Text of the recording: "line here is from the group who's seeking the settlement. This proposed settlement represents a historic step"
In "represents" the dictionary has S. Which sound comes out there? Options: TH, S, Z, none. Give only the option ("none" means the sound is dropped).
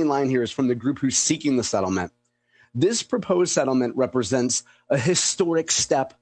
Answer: S